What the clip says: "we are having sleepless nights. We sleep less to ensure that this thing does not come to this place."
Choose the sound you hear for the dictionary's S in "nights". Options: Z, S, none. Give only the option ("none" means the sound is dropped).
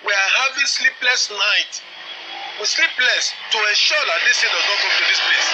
none